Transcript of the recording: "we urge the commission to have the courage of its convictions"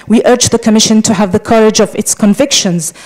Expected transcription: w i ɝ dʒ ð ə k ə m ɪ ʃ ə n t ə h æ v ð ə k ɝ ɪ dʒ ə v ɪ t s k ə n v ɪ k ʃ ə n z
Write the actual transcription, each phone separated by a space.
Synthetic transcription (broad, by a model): w i ɝ dʒ ð ə k ə m ɪ ʃ ə n t ə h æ v ð ə k ɝ ɪ dʒ ə v ɪ t s k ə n v ɪ k ʃ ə n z